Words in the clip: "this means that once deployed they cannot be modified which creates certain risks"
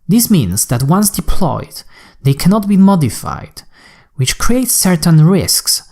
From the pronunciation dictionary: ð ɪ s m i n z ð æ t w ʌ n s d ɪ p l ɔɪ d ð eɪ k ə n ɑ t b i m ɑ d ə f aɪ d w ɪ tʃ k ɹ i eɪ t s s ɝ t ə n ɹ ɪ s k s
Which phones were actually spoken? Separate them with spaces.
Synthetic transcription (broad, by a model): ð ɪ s m i n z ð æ t w ʌ n s d ɪ p l ɔɪ d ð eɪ k ə n ɑ t b i m ɑ d ə f aɪ d w ɪ tʃ k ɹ i eɪ t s s ɝ t ə n ɹ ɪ s k s